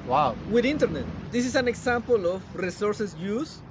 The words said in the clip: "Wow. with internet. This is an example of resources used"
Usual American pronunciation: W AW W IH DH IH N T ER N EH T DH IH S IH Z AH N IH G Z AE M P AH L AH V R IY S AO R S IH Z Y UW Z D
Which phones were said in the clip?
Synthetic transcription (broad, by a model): W AW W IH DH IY N T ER N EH T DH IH S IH S AH N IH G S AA M P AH L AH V R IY S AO R S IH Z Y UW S